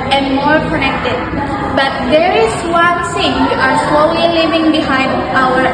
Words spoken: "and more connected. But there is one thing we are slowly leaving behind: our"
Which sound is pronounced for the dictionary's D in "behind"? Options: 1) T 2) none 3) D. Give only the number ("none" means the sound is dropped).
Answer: 3